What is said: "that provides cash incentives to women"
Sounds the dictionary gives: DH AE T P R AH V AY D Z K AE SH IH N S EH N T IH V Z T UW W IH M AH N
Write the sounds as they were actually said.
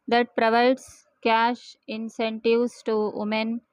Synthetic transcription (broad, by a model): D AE T P R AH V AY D S K AE SH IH N S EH N T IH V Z T UW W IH M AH N